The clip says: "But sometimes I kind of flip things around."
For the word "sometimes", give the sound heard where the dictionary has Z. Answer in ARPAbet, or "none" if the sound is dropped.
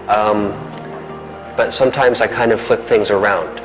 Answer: Z